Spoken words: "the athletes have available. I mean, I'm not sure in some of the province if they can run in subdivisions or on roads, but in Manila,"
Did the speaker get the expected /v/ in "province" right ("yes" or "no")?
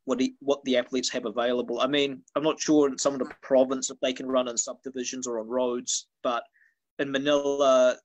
yes